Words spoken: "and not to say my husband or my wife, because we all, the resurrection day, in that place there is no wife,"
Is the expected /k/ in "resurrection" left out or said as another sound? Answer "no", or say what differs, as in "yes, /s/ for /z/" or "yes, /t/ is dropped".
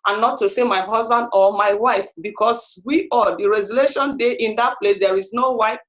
yes, /k/ is dropped